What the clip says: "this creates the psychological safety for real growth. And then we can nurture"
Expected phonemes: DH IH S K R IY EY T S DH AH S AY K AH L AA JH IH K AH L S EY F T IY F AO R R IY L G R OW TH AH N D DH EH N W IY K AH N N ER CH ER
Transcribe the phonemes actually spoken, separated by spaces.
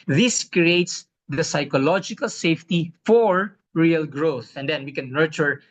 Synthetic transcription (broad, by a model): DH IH S K R IY EY T S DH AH S AY K AH L AA JH IH K AH L S EY F T IY F AO R R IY L G R OW TH AH N D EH N W IY K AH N N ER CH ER